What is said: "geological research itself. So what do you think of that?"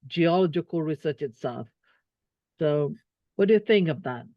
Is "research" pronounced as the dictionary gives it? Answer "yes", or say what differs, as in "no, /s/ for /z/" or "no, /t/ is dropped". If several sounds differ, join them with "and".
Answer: yes